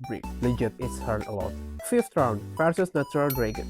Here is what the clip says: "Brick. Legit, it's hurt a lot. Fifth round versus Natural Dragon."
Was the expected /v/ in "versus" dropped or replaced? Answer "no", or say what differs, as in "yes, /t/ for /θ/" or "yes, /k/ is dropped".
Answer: yes, /p/ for /v/